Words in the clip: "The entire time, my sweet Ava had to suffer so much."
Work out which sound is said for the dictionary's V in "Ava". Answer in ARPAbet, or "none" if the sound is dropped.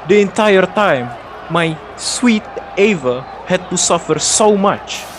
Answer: V